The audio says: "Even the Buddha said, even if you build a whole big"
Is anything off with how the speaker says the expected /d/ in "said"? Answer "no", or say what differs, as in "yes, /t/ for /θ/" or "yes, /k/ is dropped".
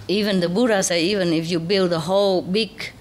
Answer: yes, /d/ is dropped